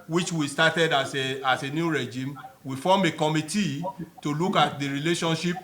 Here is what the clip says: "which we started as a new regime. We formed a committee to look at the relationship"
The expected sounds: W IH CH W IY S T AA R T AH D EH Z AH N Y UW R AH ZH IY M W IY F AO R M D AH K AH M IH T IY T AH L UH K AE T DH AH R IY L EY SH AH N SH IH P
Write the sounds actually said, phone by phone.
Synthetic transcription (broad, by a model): W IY CH W IY S T AA T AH D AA S AH N Y UW R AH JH IY M W IY F AO M AH K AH M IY T IY T AH L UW K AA T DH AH R IY L EY SH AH N SH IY P